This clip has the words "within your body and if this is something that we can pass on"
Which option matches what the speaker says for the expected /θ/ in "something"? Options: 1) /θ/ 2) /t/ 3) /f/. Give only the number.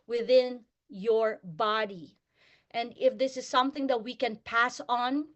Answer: 1